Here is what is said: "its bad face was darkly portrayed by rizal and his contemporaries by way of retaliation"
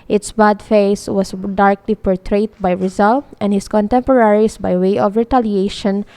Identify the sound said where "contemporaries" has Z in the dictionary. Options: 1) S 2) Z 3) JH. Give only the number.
1